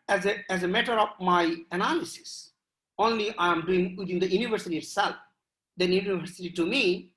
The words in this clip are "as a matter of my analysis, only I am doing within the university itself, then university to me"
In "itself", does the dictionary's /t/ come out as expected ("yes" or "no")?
yes